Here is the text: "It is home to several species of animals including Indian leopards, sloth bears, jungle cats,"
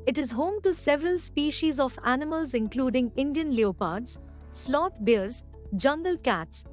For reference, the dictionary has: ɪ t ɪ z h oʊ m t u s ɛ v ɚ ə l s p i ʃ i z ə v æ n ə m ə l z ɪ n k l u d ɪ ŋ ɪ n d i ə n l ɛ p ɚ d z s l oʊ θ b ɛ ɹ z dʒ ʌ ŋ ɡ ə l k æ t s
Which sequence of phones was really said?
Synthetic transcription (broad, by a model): ɪ t ɪ z h oʊ m t u s ɛ v ɚ ə l s p i ʃ i z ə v æ n ə m ə l z ɪ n k l u d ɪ ŋ ɪ n d i ə n l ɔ p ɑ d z s l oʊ t b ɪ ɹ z dʒ ʌ ŋ ɡ ə l k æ t s